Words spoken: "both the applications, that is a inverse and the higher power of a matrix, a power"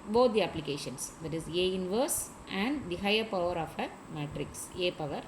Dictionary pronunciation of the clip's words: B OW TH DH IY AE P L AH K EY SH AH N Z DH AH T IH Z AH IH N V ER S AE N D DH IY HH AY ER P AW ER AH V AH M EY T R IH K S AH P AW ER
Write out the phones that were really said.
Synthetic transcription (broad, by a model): B OW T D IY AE P L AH K EY SH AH N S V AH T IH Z AH IH N V ER S AE N D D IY HH AY ER P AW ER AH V AH M EY T R IH K S AH P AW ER